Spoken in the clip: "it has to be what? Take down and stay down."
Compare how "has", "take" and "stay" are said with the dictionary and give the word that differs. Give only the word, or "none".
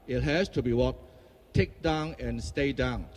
has